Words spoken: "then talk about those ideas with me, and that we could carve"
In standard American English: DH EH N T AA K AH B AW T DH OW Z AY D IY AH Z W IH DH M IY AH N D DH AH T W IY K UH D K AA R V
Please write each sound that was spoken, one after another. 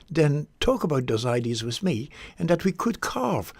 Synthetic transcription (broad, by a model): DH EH N T AA K AH B AW T DH OW Z AY D IY AH Z W IH DH M IY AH N DH AH T W IY K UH D K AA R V